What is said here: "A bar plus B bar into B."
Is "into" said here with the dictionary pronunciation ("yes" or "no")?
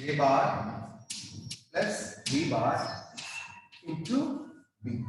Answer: no